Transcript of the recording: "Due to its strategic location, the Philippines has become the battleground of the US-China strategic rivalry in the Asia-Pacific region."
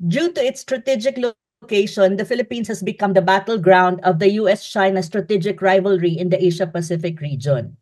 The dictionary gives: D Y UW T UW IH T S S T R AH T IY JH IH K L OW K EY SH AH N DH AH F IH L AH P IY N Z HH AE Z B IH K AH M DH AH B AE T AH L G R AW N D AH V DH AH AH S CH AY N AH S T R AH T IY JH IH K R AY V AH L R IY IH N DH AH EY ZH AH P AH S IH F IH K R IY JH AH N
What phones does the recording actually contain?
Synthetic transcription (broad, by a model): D Y UW T UW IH T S S T R AH T IY JH IH K L OW K EY SH AH N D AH F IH L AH P IY N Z HH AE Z B IH K AH M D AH B AE T AH L G R AW N D AH V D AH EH S CH AY N AH S T R AH T IY JH IH K R AY V AH L R IY IH N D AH EY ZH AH P AH S IH F IH K R IY JH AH N